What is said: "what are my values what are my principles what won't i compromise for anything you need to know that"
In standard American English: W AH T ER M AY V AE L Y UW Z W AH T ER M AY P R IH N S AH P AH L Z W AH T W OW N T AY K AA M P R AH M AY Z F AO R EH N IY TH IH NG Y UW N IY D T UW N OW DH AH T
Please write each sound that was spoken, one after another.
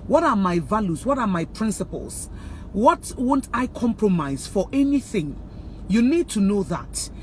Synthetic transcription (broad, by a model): W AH T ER M AY V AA L Y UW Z W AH T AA M AY P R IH N S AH P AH L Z W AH T W OW N T AY K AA M P R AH M AY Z F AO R EH N IY TH IH NG Y UW N IY D T UW N OW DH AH T